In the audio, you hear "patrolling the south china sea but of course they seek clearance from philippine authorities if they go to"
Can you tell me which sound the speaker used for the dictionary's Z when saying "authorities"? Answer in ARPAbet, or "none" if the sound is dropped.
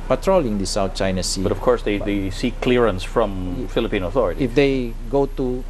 none